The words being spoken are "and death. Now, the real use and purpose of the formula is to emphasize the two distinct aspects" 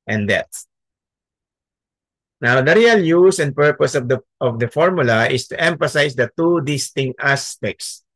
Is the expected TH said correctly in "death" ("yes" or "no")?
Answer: no